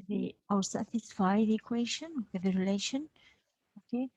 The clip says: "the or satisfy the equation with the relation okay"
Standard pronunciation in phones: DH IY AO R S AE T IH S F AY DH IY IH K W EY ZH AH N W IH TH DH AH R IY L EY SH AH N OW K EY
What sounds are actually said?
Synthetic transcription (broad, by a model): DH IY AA W S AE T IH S F AY DH IY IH K W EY SH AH N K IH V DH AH R IY L EY SH AH N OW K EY